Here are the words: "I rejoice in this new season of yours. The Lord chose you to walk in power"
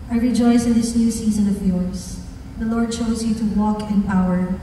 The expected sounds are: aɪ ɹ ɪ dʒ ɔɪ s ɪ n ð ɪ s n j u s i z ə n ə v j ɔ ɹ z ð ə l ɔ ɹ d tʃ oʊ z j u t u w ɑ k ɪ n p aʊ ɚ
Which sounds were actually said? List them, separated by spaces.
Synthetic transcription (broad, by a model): aɪ ɹ ɪ dʒ ɔɪ s ɪ n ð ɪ s n j u s i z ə n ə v j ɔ ɹ s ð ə l ɔ ɹ d tʃ oʊ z j u t u w ɑ k ɪ n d aʊ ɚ